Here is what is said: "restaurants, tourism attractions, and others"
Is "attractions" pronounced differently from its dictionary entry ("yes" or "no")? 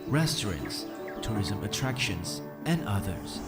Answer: no